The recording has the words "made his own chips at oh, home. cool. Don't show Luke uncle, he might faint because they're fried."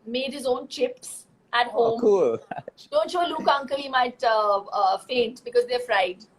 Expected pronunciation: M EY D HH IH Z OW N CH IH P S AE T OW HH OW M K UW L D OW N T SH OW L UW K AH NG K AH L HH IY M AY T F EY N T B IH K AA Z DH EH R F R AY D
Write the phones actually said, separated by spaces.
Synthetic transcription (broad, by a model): M EY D HH IH Z OW N CH IH P S AE T HH OW M K UW L D OW N T SH OW L UW K AH NG K AH L HH IY M AY T F EY N T B IH K AA Z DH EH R F R AY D